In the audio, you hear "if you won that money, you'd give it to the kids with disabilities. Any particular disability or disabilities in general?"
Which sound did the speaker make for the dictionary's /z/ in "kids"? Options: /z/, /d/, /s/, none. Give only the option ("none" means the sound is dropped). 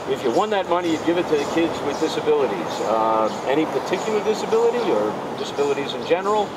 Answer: /z/